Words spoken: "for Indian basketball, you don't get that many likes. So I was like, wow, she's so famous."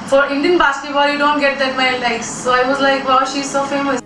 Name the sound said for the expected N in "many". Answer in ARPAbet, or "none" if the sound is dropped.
none